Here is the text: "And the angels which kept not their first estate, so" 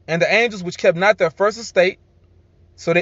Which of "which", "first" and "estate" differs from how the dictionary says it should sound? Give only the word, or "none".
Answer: none